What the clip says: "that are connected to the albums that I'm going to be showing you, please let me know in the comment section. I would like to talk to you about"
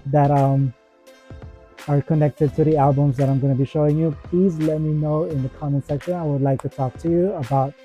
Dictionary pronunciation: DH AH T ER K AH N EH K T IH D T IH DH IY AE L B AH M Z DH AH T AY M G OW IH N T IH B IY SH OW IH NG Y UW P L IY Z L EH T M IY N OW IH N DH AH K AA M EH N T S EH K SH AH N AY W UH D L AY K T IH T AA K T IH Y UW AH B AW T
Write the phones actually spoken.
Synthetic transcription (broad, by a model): DH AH T ER K AH N EH K T IH D T IH DH IY AE L B AH M Z DH AH T AY M G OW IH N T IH B IY SH OW IH NG Y UW P L IY Z L EH T M IY N OW IH N DH AH K AA M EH N S EH K SH AH N AY W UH D L AY K T IH T AA K T IH Y UW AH B AW T